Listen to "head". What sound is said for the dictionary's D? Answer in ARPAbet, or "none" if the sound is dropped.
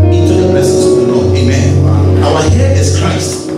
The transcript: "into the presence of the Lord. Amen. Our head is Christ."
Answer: none